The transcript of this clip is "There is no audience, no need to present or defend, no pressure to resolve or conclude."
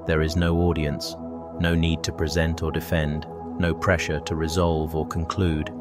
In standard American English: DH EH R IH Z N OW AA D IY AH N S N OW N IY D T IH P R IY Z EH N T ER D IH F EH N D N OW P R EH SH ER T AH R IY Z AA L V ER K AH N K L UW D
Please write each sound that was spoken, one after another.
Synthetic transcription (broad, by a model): DH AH R IH Z N OW AA D IY AH N S N OW N IY D T IH P R IY Z EH N T ER D IH F EH N D N OW P R EH SH ER T AH R IY Z AA L V ER K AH N K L UW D